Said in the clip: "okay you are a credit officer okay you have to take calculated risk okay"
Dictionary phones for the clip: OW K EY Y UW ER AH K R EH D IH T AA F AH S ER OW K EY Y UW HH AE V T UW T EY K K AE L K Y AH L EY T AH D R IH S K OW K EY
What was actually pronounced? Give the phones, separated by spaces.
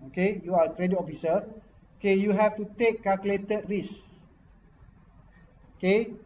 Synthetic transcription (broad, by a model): OW K EY Y UW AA AH K R EH D IH T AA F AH S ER OW K EY Y UW HH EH F T UW T EY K K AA L K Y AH L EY T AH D R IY S OW K EY